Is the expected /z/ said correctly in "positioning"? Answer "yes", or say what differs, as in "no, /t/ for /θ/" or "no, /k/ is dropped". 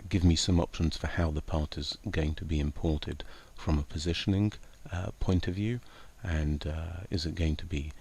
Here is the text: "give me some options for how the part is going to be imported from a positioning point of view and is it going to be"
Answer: yes